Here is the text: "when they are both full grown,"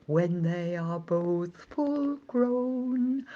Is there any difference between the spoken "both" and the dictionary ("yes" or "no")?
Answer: no